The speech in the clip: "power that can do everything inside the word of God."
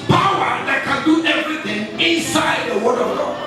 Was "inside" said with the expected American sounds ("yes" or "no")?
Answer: yes